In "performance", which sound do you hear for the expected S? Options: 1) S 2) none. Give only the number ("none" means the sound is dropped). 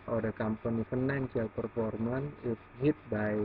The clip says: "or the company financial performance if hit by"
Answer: 2